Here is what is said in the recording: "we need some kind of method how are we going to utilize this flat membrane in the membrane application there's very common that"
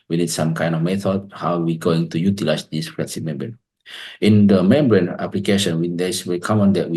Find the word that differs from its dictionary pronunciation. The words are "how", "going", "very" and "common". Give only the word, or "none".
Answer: very